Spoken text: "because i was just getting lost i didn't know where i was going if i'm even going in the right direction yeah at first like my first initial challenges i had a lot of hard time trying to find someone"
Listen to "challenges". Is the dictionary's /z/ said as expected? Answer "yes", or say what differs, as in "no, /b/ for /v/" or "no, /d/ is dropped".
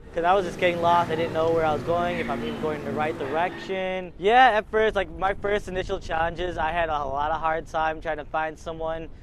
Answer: yes